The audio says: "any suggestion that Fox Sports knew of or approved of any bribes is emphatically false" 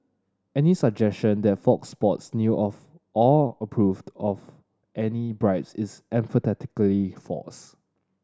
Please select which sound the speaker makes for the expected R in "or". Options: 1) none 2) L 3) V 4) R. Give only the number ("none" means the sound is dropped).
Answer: 2